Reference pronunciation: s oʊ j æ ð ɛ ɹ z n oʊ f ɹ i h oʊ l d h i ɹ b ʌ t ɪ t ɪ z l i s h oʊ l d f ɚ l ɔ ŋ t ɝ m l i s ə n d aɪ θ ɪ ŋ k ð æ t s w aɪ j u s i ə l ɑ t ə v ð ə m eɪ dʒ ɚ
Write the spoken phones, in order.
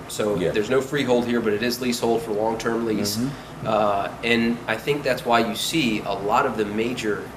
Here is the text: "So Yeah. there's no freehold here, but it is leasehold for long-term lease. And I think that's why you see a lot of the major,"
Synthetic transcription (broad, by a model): s oʊ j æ ð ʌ ɹ z n oʊ f ɹ i h oʊ l d h i ɹ b ʌ t ɪ t ɪ z l i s h oʊ l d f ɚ l ɔ ŋ t ɝ m l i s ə n aɪ θ ɪ ŋ k ð æ t s w aɪ j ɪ s i ə l ɑ t ə v ð ə m eɪ dʒ ɚ